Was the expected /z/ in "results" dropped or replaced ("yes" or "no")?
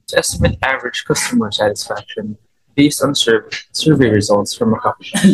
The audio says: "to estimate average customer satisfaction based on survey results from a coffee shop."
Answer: no